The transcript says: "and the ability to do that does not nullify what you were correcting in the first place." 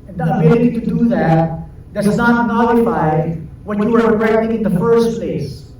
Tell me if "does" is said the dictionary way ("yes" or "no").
no